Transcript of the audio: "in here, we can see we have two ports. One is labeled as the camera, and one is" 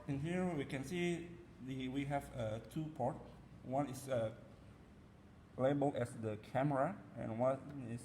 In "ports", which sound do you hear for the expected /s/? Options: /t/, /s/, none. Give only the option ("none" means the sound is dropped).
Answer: none